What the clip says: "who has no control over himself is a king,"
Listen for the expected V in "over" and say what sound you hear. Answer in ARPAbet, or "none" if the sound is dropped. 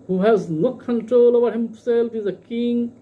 B